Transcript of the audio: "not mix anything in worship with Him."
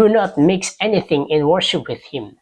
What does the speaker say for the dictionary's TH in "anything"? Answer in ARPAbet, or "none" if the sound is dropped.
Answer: TH